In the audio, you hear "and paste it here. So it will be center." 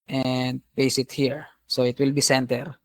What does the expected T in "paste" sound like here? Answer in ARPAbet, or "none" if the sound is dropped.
none